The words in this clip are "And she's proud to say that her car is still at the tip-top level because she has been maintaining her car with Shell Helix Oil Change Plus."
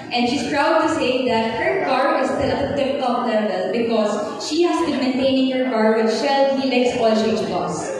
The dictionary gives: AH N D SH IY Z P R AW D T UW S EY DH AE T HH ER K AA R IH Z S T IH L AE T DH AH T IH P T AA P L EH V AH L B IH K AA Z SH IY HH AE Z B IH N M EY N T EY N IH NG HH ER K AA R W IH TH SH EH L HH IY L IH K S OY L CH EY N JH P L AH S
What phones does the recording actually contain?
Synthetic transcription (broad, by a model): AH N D SH IY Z P R AW D T UW S EY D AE T HH ER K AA R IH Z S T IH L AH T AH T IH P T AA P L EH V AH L B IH K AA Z SH IY HH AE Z B IH N M EY N T EY N IH NG HH ER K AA R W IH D SH EH L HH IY L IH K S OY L SH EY JH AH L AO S